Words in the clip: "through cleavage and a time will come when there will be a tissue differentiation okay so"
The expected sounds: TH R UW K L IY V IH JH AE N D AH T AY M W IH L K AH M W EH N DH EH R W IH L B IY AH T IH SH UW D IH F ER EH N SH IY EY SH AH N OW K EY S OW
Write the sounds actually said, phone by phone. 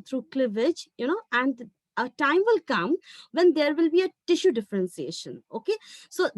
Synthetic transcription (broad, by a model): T R UW K L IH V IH JH AE N D AH T AY M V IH L K AH M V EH N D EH R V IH L B IY AH T IH SH UW D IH F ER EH N S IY EY SH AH N OW K EY S OW